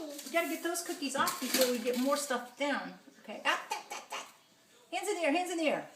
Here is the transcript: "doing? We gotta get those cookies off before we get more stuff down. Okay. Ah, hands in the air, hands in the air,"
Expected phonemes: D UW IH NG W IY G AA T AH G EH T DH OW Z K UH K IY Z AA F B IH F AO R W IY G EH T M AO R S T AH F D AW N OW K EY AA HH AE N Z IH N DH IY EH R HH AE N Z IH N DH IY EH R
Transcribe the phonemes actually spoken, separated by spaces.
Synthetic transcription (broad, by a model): W IY G AA T AH G EH T DH OW Z K UH K IY Z AA F B IH F AO R W IY G EH T M AO R S T AH F D AW N OW K EY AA HH AE N Z IH N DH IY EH R HH AE N Z IH N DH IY R